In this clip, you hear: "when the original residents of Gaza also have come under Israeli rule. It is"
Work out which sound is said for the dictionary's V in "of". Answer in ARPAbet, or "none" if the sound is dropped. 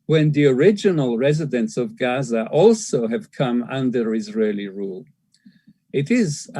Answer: V